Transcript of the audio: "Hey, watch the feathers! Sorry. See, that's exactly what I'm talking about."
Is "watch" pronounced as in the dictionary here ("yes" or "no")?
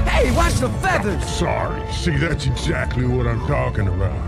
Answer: no